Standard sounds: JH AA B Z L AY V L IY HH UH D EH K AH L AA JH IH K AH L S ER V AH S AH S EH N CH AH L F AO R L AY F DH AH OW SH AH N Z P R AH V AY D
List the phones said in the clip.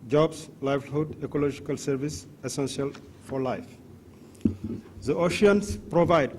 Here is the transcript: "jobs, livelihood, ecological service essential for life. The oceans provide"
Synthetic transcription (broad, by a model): JH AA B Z L AY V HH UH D EH K AH L AA JH IH K AH L S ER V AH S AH S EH N S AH L F AO R L AY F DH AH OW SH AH N S P R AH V AY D